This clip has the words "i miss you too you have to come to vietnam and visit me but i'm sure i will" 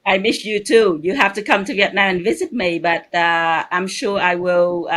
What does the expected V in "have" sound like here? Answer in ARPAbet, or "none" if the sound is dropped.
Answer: F